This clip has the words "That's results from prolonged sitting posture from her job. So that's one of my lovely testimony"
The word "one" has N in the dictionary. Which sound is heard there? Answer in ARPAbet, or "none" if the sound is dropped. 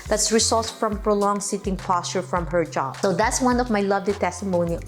N